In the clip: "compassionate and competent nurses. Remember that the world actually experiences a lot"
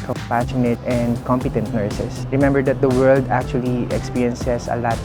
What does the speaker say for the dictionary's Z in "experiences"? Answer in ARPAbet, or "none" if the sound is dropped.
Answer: S